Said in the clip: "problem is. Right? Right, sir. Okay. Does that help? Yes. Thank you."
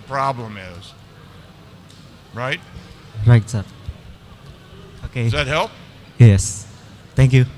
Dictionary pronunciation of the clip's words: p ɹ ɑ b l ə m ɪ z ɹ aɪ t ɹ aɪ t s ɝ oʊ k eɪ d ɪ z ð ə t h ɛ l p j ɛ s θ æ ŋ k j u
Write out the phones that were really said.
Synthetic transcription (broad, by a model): p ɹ ɑ b l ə m ɪ z ɹ aɪ t ɹ aɪ t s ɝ oʊ k eɪ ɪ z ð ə t h ɛ l p j ɛ s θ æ ŋ k j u